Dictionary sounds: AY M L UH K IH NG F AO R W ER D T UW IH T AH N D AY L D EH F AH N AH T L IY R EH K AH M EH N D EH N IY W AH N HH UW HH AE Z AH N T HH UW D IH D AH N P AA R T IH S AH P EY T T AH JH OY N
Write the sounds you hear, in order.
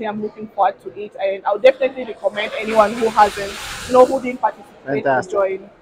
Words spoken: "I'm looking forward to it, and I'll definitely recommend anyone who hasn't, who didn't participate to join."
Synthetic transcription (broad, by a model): AY M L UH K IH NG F AO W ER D T UW IH T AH N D AY W D EH F AH N AH T L IY R EH K AH M EH N D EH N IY W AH N HH UW HH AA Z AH N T HH UW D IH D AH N P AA T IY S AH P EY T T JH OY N